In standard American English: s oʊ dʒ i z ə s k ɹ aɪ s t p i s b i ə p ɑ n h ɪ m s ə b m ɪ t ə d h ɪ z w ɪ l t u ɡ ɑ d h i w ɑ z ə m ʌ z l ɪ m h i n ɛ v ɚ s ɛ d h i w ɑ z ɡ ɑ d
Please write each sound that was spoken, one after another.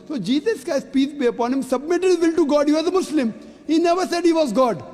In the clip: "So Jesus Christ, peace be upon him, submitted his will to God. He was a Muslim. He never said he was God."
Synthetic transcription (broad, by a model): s oʊ dʒ i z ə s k aɪ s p i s b i ə p ɑ n h ɪ m s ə b m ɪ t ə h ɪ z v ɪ l t u ɡ ɑ d h i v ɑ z ə m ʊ s l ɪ m h i n ɛ v ɚ s ɛ d h i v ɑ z ɡ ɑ d